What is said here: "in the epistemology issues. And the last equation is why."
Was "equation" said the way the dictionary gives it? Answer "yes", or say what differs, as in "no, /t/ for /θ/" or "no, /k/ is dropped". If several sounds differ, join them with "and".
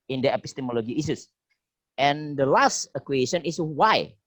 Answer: no, /s/ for /ʒ/